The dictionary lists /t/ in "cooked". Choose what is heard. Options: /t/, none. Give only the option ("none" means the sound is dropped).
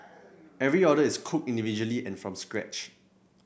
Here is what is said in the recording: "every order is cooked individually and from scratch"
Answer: none